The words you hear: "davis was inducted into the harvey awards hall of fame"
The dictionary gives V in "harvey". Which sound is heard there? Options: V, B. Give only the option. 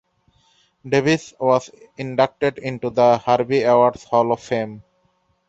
B